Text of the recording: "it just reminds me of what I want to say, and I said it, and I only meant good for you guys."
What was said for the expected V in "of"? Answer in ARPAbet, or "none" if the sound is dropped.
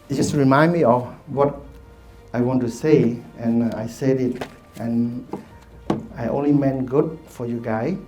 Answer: F